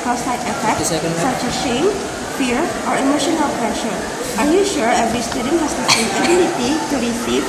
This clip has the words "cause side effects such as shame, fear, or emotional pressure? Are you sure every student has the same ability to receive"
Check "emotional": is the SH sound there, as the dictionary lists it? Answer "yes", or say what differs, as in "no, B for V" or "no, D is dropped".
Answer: yes